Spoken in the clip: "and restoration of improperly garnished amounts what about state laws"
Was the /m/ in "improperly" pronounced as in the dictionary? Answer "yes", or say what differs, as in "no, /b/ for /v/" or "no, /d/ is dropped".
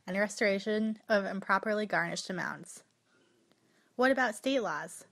yes